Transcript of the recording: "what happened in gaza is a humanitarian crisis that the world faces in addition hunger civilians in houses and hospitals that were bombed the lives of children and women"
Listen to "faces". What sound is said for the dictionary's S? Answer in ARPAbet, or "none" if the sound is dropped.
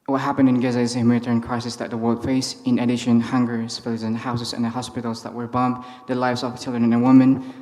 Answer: none